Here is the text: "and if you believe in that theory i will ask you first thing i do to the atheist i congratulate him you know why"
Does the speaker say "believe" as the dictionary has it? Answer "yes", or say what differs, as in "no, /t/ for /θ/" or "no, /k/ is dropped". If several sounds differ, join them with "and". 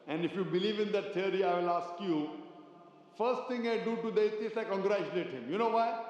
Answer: yes